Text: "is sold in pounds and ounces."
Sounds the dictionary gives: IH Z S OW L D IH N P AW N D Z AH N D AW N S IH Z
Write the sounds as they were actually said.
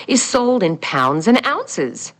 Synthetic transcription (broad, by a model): IH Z S OW L D IH N P AW N D Z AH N AW N S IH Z